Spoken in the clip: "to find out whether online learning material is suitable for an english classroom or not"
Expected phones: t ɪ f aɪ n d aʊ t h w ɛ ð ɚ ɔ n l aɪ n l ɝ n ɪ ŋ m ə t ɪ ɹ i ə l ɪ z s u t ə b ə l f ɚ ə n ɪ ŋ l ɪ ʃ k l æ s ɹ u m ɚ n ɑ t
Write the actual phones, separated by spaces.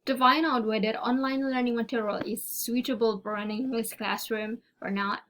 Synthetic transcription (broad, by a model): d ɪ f aɪ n aʊ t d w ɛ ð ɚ ɔ n l aɪ n l ɝ n ɪ ŋ m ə t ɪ ɹ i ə l ɪ z s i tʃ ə b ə l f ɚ ə n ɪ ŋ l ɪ s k l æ s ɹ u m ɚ n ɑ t